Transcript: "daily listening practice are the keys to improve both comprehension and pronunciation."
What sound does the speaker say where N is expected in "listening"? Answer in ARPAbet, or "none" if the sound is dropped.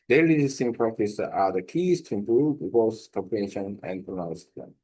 none